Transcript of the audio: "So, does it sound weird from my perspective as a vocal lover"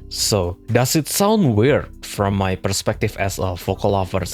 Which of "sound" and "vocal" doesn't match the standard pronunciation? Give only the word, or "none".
vocal